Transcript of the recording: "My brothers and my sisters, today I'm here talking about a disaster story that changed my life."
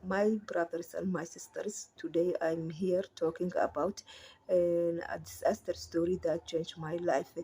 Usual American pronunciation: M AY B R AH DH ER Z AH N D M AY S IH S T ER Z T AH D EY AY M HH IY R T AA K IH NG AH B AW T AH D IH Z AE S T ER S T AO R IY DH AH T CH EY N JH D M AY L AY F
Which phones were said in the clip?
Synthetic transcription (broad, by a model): M AY B R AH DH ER S AH N D M AY S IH S T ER S T AH D EY AY M HH IY R T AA K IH NG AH B AW T AH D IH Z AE S T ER S T AO R IY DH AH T CH EY N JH M AY L AY F